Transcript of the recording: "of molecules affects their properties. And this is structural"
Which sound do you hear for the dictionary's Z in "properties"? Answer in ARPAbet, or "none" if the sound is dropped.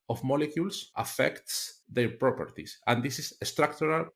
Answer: S